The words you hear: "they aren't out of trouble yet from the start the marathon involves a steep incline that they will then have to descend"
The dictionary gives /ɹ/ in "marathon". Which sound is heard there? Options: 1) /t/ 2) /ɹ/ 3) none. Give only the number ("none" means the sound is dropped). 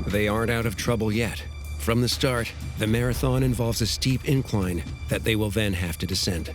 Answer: 2